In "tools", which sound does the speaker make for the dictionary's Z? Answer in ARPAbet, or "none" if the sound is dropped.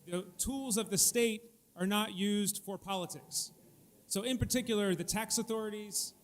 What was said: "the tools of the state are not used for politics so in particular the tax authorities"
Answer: Z